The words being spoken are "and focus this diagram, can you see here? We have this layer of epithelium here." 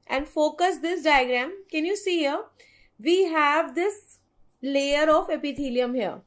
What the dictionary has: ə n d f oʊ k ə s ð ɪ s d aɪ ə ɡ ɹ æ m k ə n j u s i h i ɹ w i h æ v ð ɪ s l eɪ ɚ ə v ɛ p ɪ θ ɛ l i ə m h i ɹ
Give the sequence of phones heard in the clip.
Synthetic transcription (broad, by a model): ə n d f oʊ k ə s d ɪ s d aɪ ə ɡ ɹ æ m k ə n j u s i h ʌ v i h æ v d ɪ s l eɪ ɚ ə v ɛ p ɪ t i l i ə m h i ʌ